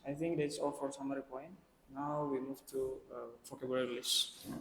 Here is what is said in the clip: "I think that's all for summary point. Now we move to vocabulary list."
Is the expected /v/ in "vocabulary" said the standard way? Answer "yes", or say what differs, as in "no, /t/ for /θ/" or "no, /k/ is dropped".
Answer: no, /f/ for /v/